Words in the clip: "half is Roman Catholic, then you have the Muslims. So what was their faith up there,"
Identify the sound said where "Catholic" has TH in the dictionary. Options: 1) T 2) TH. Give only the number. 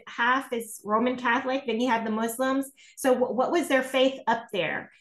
2